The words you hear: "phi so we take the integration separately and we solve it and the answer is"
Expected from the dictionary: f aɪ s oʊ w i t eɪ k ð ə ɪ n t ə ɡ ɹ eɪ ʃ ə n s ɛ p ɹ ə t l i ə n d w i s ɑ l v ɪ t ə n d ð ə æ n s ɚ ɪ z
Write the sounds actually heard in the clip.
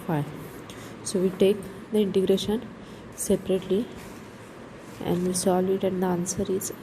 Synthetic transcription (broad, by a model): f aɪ s oʊ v i t eɪ k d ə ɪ n t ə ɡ ɹ eɪ ʃ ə n s ɛ p ɹ ə t l i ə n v i s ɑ l ɪ t ə n d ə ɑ n s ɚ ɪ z